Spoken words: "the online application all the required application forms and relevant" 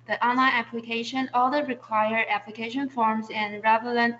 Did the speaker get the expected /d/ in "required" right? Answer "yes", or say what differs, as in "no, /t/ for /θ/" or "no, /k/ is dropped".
no, /d/ is dropped